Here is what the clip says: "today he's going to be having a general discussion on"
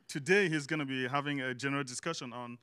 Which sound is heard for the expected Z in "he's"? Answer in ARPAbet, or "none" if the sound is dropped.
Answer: Z